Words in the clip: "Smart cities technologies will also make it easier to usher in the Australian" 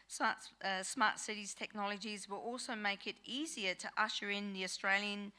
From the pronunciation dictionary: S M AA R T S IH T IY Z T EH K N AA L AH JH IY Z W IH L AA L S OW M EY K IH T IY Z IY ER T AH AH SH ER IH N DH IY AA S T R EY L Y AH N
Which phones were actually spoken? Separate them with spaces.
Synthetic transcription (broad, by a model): S M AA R T S IH T IY Z T EH K N AA L AH JH IY Z W IH L AA L S OW M EY K IH T IY Z IY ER T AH AH SH ER IH N DH IY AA S T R EY L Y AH N